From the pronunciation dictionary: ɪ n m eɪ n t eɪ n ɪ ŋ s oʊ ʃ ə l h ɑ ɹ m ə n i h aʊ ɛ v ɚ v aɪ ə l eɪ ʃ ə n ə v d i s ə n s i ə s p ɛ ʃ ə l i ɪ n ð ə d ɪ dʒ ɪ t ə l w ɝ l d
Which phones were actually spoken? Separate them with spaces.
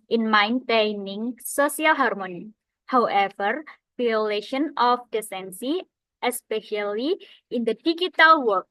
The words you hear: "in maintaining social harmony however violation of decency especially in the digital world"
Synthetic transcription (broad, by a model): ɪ n m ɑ n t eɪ n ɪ ŋ s oʊ s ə l h ɑ ɹ m ə n i h aʊ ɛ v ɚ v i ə l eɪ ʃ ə n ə f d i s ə n s i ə s p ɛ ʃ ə l i ɪ n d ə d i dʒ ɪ t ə l w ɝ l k